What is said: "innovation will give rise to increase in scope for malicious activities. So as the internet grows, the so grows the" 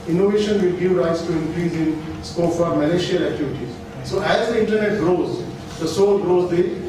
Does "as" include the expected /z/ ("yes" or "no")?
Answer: yes